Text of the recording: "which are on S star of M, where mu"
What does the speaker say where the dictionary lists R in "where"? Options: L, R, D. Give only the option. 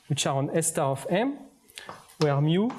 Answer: R